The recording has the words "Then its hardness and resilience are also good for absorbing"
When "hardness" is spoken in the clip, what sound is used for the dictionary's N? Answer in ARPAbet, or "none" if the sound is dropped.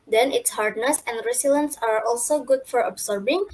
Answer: N